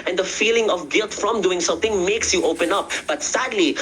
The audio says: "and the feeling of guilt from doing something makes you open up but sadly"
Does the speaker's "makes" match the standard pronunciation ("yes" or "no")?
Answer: yes